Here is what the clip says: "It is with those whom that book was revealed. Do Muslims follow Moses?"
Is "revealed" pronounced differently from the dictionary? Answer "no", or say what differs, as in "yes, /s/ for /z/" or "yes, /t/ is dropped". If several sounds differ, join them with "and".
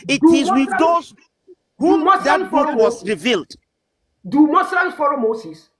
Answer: no